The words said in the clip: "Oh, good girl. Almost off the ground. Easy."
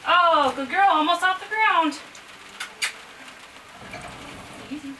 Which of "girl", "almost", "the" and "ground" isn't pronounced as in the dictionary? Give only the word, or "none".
almost